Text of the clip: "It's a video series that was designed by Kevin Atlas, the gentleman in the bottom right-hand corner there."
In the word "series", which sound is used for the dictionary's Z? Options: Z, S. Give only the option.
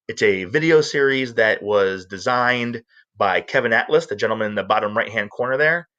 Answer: Z